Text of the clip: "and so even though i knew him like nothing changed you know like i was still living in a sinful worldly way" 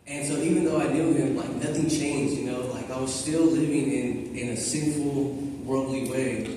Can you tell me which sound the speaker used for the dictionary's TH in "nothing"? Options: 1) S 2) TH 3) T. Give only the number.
2